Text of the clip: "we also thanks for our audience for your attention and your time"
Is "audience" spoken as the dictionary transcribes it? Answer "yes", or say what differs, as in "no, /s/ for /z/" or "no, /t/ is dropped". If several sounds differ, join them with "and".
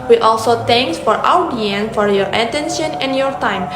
no, /s/ is dropped